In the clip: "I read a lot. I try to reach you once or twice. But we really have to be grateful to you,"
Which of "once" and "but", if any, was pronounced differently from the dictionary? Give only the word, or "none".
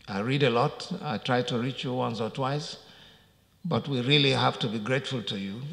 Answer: none